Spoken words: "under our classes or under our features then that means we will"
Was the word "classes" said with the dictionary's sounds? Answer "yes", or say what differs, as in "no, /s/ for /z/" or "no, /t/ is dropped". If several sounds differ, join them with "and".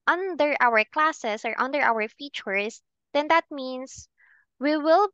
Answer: no, /s/ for /z/